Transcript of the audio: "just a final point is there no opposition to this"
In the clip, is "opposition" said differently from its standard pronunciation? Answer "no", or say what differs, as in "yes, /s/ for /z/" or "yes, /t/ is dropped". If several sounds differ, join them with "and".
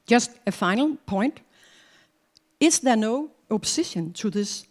yes, /s/ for /z/